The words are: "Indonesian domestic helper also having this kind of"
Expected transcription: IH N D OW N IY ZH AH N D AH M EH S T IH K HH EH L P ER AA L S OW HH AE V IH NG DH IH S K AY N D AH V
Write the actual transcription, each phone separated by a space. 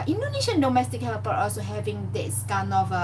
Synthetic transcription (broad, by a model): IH N D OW N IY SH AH N D AH M EH S T IH K HH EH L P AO AA L S OW HH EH V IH NG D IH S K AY N AH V